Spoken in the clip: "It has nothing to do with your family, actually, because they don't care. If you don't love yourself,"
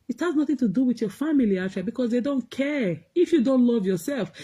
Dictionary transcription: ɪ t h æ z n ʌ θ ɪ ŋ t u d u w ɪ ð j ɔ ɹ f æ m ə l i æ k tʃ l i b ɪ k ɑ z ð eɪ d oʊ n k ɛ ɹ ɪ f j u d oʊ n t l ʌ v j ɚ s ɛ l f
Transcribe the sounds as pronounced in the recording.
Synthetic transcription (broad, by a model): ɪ t h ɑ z n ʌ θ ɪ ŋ t u d u w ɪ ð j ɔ f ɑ m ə l i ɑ tʃ i b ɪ k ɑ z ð eɪ d oʊ n k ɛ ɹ ɪ f j u d oʊ n t l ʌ v j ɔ s ɛ l f